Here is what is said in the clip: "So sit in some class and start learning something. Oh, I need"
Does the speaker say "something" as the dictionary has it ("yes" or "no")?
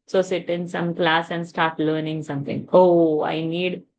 no